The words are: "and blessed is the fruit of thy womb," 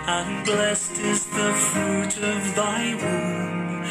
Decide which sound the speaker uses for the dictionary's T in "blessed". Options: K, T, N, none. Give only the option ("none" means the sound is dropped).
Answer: T